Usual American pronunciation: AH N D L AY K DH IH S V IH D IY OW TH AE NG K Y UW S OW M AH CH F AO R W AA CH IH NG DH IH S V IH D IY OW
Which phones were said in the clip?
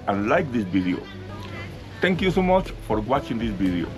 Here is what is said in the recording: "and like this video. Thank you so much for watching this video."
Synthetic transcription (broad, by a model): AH N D L AY K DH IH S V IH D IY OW T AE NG K Y UW S OW M AH CH F AO R W AA CH IH NG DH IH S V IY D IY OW